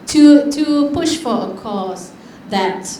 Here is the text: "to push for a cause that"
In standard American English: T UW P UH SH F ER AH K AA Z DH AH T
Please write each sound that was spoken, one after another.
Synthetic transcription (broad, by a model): T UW P UH SH F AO AH K AA S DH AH T